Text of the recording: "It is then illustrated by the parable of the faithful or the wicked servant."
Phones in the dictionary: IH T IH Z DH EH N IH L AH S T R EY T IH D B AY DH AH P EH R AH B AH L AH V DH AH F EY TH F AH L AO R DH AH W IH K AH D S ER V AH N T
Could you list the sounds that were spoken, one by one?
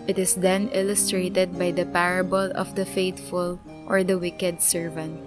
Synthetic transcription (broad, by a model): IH T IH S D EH N IH L AH S T R EY T IH D B AY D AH P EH R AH B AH L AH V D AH F EY T F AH L AO R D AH W IH K AH D S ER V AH N T